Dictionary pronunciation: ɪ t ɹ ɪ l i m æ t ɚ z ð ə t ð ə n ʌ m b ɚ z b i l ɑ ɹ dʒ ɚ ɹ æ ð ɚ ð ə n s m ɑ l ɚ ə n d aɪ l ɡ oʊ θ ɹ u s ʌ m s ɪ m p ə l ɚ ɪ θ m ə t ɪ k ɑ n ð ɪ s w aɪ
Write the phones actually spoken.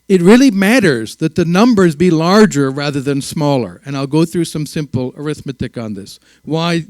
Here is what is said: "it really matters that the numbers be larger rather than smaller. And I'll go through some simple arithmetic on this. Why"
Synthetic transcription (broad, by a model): ɪ t ɹ ɪ l i m æ t ɚ z ð ə t ð ə n ʌ m b ɚ z b i l ɑ ɹ dʒ ɚ ɹ æ ð ɚ ð ə n s m ɑ l ɚ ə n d aɪ l ɡ oʊ θ ɹ u s ʌ m s ɪ m p l ɚ ɪ θ m ə t ɪ k n ð ɪ s w aɪ